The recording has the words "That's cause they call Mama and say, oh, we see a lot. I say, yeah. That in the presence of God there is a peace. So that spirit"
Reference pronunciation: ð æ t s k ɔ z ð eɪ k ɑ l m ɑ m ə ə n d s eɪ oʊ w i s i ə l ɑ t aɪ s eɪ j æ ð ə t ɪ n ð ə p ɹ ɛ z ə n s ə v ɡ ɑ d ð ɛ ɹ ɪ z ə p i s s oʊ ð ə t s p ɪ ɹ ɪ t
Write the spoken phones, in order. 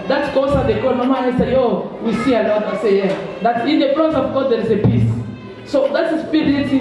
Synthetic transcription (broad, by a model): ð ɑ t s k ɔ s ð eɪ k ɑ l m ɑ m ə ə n s eɪ oʊ w i s i ə l ɑ t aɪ s eɪ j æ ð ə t ɪ n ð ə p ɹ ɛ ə s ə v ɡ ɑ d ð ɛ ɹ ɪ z ə p i s s oʊ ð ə t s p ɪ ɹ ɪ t